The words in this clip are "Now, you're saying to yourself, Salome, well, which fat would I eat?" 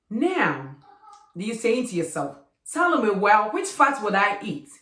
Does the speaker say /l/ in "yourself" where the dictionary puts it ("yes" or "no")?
yes